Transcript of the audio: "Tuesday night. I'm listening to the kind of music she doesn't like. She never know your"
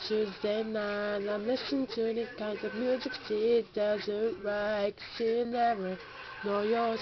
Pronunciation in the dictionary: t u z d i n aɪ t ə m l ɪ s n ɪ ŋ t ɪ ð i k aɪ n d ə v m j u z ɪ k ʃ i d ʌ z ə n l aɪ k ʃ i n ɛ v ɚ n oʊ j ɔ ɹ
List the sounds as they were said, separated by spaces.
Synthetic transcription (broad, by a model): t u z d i n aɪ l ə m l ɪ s ɪ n t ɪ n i k aɪ n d ə v m j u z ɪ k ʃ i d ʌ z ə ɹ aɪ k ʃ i n ɛ v ɚ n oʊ j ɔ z